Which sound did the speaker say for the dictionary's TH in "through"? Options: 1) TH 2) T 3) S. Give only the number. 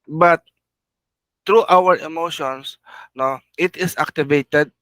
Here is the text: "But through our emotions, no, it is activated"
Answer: 2